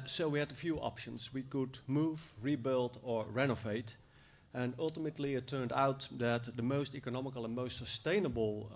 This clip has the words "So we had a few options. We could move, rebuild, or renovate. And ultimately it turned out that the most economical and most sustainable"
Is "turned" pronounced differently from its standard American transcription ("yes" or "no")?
no